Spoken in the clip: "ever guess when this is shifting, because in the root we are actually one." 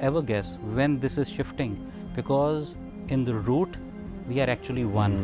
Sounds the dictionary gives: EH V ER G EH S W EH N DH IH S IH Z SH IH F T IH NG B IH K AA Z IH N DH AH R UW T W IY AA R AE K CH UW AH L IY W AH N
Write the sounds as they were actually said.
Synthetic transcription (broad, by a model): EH V ER G EH S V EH N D IH S IH Z SH IH F T IH NG B IH K AA Z IH N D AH R UW T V IY AA R AE K CH UW AH L IY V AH N